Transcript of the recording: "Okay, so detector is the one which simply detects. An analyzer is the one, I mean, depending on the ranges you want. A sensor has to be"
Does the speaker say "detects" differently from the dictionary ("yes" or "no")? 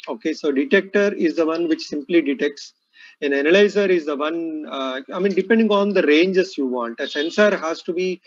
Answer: no